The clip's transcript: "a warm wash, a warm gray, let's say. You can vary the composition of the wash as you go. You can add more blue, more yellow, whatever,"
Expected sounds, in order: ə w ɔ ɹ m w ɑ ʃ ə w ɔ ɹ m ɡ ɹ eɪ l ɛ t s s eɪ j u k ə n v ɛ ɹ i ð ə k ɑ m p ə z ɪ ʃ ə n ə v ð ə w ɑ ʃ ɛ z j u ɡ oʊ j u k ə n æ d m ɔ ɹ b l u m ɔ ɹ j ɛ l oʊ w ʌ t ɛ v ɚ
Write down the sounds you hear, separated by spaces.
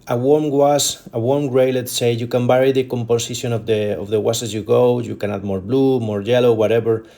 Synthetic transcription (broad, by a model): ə w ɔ ɹ m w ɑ s ə w ɔ ɹ m ɡ ɹ eɪ l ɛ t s s eɪ j u k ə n b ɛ ɹ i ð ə k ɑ m p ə s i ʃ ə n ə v ð ə w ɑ s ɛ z j u ɡ oʊ j u k ə n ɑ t m ɔ ɹ b l u m ɔ ɹ j ɛ l oʊ w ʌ t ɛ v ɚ